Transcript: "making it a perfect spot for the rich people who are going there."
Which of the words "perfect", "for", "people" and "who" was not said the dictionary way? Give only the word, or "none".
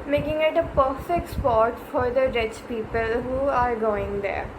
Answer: none